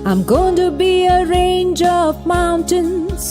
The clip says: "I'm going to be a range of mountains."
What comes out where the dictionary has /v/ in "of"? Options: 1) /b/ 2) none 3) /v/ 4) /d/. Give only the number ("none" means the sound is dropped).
3